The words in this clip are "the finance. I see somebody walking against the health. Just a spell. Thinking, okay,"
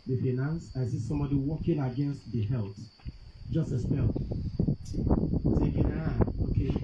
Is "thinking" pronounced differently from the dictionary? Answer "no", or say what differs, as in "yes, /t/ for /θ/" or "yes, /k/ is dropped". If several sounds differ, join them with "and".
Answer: yes, /s/ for /θ/